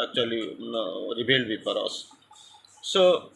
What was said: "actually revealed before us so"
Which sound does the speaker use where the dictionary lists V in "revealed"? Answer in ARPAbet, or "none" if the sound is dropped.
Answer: B